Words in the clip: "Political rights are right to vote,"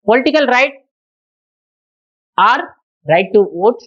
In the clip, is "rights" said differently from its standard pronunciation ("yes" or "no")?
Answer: yes